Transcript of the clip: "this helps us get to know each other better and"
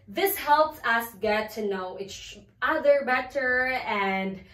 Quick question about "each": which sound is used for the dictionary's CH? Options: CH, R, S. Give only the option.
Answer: S